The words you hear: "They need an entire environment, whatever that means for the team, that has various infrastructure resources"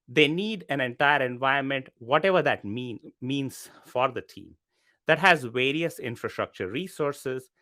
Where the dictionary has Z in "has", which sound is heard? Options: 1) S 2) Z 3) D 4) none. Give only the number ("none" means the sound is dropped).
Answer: 2